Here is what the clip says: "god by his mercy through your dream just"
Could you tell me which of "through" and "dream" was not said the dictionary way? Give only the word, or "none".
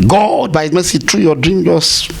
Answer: through